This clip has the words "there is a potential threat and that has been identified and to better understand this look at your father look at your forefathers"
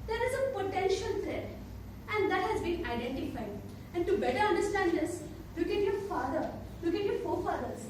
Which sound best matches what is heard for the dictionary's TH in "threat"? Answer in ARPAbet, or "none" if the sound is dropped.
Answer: T